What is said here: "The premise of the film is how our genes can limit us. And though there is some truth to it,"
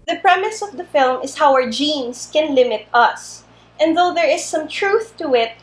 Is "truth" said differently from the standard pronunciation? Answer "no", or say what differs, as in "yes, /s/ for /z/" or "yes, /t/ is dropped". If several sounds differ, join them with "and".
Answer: no